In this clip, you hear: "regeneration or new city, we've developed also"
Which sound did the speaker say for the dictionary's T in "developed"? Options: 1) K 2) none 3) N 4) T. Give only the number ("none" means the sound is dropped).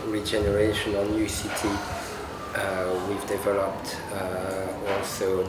4